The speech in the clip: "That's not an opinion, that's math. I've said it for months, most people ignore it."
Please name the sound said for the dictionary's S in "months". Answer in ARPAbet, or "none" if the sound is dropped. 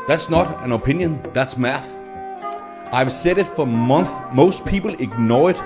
none